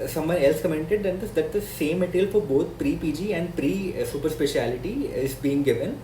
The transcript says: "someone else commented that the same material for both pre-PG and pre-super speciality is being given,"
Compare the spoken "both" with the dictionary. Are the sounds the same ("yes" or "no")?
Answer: no